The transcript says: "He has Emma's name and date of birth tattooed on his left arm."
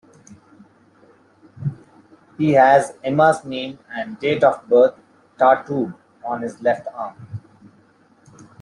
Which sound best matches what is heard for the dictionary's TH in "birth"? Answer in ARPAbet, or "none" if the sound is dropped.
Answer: T